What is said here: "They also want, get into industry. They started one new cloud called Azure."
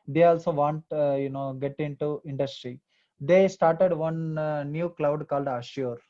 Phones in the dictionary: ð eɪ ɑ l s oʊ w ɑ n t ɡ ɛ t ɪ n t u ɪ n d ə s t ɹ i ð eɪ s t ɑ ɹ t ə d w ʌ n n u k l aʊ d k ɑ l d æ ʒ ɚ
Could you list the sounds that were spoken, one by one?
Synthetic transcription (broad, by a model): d eɪ ɑ l s oʊ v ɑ n t ɡ ɛ t ɪ n t u ɪ n d ə s t ɹ i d eɪ s t ɑ ɹ t ə d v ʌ n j u k l aʊ d k ɑ l d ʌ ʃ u